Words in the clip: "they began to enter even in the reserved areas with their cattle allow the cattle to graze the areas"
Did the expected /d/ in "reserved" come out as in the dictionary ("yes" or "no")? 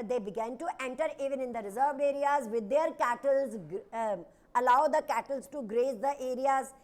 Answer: no